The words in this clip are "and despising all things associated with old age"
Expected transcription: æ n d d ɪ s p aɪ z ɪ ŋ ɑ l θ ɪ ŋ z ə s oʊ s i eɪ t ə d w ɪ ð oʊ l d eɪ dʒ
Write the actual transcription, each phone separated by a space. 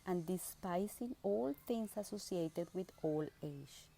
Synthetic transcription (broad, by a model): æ n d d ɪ s p aɪ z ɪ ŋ ɑ l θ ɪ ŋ s ə s oʊ s i eɪ t ə d w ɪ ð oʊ l eɪ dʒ